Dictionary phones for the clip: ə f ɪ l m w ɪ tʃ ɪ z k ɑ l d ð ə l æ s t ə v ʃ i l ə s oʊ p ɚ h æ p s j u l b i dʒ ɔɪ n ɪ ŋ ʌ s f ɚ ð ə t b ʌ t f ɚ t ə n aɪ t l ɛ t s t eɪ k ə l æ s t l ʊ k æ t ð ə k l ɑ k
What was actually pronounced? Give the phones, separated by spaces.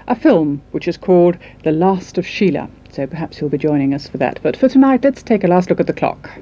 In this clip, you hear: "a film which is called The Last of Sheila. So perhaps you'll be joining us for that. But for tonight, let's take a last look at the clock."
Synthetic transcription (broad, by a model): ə f ɪ l m w ɪ tʃ ɪ z k ɑ l d ð ə l æ s t ə v ʃ i l ə s oʊ p ɚ h æ p s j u l b i dʒ ɔɪ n ɪ ŋ ʌ s f ɚ ð ə t b ʌ t f ɚ t ə n aɪ t l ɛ t s t eɪ k ə l æ s t l ʊ k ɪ t ð ə k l ɑ k